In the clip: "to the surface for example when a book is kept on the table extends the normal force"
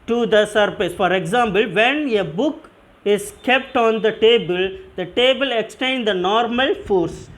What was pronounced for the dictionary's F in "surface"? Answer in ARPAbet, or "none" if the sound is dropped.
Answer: P